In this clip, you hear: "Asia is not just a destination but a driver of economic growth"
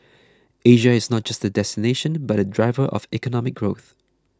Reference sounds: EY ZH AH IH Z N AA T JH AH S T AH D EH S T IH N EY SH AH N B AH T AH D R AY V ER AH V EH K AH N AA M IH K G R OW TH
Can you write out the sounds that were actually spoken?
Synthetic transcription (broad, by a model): EY ZH AH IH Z N AA T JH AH S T AH D EH S T IH N EY SH AH N B AH T AH D R AY V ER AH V EH K AH N AA M IH K G R OW TH